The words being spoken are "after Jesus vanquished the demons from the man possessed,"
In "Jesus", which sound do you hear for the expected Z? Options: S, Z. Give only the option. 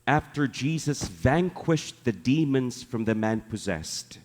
Z